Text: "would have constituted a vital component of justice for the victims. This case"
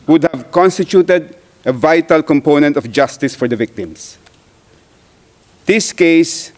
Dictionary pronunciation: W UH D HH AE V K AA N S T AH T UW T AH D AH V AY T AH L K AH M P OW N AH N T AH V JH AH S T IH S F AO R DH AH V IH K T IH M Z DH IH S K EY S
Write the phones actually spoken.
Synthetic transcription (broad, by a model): W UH D HH AE V K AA N S T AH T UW T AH D AH V AY T AH L K AH M P OW N AH N T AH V JH AH S T IH S F AO R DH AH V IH K T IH M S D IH S K EY S